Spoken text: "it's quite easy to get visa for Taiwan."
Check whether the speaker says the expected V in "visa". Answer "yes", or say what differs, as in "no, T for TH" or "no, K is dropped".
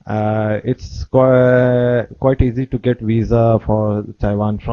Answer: yes